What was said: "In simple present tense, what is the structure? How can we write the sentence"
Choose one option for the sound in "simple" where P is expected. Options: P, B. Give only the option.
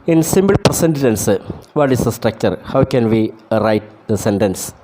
B